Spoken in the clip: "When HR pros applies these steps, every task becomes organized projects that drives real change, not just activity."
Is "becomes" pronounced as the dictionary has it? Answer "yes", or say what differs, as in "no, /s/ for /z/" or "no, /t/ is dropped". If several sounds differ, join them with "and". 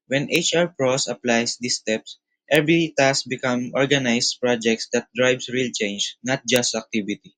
no, /z/ is dropped